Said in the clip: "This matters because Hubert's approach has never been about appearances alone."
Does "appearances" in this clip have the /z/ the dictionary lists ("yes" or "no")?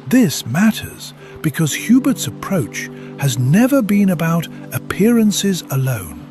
yes